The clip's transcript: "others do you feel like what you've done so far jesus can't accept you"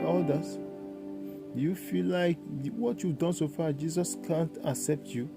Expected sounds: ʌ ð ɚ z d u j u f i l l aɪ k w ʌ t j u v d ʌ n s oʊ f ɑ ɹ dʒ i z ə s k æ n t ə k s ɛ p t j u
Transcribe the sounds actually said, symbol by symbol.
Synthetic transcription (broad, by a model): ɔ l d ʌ j u f i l l aɪ k w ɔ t j u v d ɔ n s oʊ f ɑ dʒ i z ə s k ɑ n t ə k s ɛ p t j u